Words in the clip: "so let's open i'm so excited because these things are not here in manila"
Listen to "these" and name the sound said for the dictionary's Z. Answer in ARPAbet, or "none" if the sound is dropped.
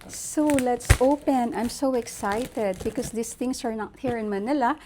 S